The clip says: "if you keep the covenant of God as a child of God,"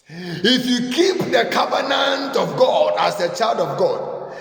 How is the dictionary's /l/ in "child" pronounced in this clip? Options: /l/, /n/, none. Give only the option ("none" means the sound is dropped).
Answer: /l/